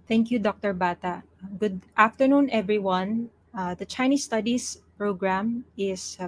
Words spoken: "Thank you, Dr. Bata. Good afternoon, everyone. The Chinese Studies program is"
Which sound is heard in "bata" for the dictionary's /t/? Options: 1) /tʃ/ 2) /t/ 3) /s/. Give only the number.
2